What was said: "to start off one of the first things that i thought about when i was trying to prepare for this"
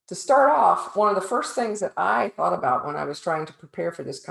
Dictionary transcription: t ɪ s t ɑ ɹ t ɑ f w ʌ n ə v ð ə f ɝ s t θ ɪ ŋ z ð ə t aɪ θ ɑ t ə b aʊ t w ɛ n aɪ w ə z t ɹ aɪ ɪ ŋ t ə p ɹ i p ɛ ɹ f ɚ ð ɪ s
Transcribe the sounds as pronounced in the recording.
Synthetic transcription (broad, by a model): t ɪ s t ɑ ɹ t ɑ f w ʌ n ə v ð ə f ɝ s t θ ɪ ŋ z ð ə t aɪ θ ɑ t ə b aʊ t w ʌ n aɪ w ə z t ɹ aɪ ɪ ŋ t ə p ɹ i p ɛ ɹ f ɚ ð ɪ s